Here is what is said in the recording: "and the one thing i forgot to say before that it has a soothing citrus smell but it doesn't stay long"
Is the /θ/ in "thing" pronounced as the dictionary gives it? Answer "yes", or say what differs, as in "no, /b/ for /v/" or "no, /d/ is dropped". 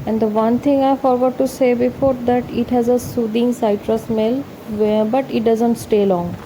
no, /t/ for /θ/